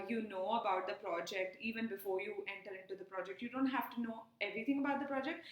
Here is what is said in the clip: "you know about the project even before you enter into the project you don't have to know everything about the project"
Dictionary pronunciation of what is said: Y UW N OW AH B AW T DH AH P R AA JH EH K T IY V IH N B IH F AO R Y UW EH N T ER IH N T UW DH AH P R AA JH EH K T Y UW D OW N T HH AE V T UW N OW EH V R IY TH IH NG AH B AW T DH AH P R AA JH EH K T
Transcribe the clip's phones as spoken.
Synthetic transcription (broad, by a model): Y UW N OW AH B AW T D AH P R AA JH EH K T IY V IH N B IH F AO R Y UW EH N T ER IH N T UW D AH P R AA JH EH K T Y UW D OW N T HH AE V T UW N OW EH V R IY T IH NG AH B AW T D AH P R AA JH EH K T